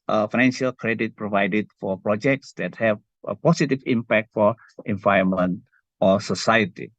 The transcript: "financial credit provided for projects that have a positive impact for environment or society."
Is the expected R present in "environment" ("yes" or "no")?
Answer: no